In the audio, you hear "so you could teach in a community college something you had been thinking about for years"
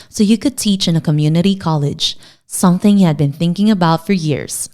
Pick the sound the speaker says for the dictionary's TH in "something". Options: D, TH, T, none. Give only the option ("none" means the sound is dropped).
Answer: TH